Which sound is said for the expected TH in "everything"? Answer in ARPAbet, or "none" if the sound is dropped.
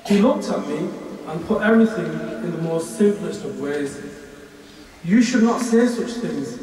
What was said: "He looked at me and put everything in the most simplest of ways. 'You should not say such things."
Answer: TH